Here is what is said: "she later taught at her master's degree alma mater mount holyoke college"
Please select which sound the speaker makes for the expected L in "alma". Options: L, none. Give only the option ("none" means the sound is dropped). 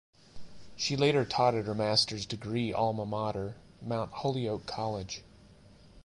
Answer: L